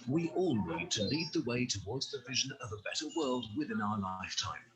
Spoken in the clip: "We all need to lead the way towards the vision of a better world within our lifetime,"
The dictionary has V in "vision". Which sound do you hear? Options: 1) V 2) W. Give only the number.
1